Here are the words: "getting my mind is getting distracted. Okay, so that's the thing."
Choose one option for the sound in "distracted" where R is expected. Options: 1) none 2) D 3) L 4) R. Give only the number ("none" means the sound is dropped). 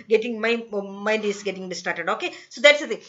1